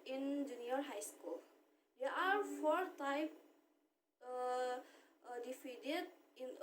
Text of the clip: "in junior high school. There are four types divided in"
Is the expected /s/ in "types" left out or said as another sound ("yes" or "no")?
yes